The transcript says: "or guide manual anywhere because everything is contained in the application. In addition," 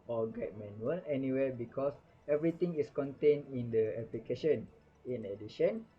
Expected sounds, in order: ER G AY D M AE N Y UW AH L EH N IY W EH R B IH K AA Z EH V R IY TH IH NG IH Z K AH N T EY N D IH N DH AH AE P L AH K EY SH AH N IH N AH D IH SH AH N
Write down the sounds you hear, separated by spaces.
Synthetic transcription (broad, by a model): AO G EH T M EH N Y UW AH L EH N IY W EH B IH K AA S EH V R IY T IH NG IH S K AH N T EY N IH N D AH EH P L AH K EY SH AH N IH N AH D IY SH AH N